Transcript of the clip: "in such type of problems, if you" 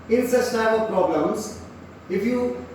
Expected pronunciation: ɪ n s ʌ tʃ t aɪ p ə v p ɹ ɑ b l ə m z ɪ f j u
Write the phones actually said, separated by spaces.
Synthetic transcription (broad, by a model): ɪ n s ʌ s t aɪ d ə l p ɹ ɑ b l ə m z ɪ f j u